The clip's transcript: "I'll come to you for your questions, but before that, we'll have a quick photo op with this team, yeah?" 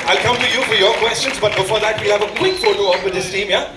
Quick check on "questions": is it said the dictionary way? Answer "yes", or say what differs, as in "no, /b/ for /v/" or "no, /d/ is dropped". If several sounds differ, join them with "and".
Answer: yes